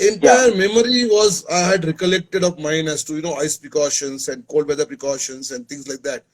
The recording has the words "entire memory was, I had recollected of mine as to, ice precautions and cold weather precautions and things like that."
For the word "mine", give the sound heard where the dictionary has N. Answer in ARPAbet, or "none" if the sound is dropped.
N